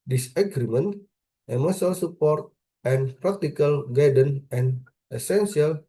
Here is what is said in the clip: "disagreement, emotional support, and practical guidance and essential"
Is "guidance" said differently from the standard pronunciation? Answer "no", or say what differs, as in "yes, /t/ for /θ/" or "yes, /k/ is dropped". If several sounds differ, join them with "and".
yes, /s/ is dropped